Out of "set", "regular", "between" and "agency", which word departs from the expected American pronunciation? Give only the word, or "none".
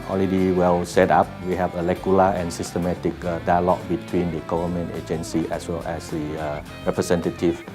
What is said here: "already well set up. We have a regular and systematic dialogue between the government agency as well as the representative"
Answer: regular